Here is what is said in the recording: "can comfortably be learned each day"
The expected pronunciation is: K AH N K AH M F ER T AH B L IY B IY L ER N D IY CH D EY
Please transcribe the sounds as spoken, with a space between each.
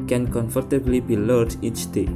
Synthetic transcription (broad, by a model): K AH N K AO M F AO T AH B L IY B IY L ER D IY CH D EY